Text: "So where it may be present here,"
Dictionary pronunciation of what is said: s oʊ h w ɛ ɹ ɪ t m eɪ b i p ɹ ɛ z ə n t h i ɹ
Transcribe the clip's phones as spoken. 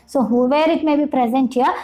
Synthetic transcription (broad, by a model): s oʊ h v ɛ ɹ ɪ t m eɪ b i p ɹ ɛ z ə n t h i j